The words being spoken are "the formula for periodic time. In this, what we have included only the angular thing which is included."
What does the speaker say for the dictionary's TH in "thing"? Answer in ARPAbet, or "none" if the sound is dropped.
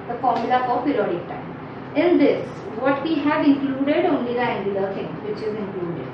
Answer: T